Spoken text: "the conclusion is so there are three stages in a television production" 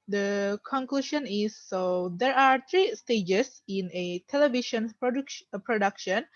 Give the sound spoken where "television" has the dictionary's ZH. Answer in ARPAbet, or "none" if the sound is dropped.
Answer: SH